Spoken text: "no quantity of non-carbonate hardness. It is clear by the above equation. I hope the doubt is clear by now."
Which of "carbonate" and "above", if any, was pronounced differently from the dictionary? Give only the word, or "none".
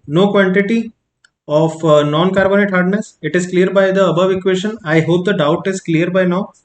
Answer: none